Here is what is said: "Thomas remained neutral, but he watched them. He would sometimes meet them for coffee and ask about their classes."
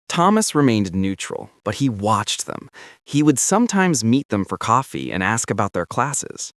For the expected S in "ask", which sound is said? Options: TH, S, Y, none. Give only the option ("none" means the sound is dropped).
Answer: S